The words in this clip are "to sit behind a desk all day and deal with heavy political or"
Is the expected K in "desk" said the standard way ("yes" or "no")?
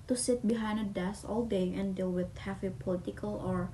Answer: no